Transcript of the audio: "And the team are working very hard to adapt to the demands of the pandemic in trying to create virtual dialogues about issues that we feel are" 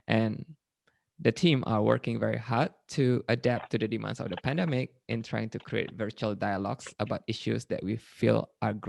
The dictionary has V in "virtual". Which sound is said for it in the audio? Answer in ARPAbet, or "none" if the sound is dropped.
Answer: V